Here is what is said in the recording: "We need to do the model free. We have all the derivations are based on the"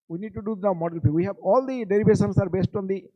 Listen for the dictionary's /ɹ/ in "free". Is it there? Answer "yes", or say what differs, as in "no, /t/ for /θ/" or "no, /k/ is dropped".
no, /ɹ/ is dropped